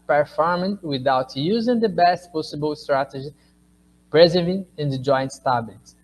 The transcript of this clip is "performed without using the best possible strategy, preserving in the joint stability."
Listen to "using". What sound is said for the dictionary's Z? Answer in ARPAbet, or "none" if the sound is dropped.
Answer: Z